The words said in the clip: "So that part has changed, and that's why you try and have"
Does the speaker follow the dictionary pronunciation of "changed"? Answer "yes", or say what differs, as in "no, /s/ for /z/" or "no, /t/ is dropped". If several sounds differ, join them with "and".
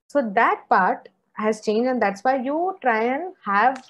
no, /d/ is dropped